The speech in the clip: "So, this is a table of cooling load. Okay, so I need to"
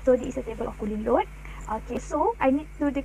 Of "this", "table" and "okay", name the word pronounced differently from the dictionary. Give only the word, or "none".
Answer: this